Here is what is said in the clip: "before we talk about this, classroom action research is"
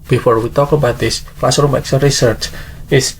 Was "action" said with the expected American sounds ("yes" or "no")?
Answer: no